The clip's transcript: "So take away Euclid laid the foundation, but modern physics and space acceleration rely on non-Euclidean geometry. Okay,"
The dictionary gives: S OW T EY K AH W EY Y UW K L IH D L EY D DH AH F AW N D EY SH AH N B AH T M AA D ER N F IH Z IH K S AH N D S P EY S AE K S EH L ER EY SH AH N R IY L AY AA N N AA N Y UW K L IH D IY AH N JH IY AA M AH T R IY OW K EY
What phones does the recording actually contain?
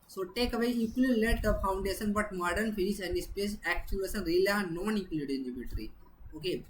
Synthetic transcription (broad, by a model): S OW T EY K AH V EY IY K IH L L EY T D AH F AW N D EY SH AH N B AH T M AA D ER N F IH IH S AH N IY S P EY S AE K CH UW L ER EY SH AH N R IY L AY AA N N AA N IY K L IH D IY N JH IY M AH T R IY OW K EY